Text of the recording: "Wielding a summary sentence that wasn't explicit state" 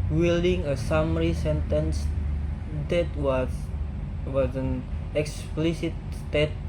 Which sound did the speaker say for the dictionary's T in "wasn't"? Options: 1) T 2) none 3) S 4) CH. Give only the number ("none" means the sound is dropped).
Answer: 2